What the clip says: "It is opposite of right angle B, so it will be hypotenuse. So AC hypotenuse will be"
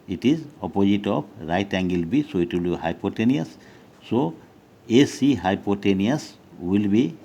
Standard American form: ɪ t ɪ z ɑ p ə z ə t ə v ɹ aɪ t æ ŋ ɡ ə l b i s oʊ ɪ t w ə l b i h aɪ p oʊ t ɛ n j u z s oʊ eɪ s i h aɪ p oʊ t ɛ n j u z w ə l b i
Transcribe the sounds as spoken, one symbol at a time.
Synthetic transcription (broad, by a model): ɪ t ɪ z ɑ p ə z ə t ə p ɹ aɪ t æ ŋ ɡ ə l b i s oʊ ɪ t w ə l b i h aɪ p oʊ t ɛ n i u s oʊ eɪ s i h aɪ p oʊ t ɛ n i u s w ə l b i